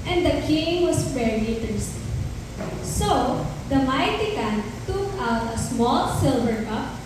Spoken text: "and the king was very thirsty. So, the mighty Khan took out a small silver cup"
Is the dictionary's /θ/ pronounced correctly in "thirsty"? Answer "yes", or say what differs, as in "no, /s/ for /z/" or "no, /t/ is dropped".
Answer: no, /t/ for /θ/